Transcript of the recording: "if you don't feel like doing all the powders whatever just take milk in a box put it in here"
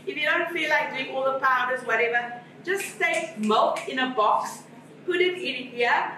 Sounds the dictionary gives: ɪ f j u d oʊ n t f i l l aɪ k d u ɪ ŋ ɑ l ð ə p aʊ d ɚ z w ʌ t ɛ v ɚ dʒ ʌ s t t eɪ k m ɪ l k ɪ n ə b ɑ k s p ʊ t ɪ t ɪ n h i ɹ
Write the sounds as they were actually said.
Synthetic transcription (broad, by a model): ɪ f j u d oʊ n t f i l l aɪ k d u ɪ ŋ ɑ l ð ə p aʊ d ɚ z w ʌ t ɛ v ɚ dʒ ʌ s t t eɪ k m ɪ l k ɪ n ə b ɑ k s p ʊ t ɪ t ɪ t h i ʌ